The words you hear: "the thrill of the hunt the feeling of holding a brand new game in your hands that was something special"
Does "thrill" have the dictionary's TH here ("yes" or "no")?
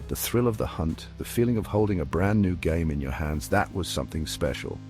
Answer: yes